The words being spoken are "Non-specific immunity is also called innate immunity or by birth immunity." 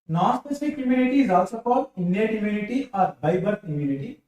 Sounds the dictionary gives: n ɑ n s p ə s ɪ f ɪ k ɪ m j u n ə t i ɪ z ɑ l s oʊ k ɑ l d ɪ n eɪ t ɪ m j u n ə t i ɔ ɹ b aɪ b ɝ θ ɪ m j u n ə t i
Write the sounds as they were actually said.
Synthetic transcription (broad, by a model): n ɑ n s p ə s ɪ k ɪ m j u n ə t i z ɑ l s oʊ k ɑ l ɪ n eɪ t ɪ m j u n ə t i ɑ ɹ b aɪ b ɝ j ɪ m j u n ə t i